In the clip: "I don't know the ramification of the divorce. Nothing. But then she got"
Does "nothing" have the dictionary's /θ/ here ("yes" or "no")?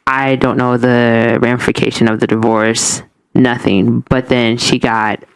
yes